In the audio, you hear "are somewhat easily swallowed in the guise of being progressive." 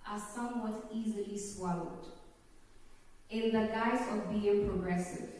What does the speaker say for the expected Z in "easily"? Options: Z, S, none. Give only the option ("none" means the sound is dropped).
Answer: Z